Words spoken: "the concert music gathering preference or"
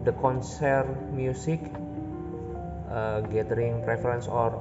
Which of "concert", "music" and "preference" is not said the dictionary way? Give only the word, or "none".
music